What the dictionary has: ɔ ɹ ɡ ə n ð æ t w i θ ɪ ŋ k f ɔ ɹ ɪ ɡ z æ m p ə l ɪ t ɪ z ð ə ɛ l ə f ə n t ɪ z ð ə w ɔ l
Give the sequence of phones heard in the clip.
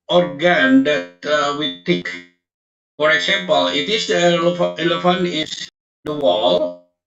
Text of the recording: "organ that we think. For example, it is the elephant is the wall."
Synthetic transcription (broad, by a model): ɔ ɹ ɡ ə n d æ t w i t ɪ k f ɔ ɹ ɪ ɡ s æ m p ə l ɪ t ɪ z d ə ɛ l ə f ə n ɪ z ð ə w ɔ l